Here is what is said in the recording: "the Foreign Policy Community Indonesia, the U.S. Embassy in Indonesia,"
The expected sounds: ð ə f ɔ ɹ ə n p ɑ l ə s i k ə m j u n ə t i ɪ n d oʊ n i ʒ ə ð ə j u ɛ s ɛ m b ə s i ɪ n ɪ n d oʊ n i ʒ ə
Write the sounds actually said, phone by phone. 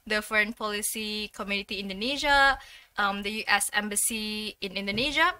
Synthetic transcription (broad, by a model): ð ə f ɔ ɹ ə n p ɑ l ə s i k ə m j u n ə t i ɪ n d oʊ n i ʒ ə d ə j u ɛ s ɛ m b ə s i ɪ n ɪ n d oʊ n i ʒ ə